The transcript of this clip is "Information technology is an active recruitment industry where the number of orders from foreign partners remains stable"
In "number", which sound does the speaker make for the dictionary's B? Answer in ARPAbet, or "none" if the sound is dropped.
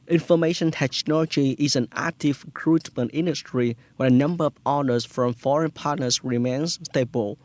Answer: B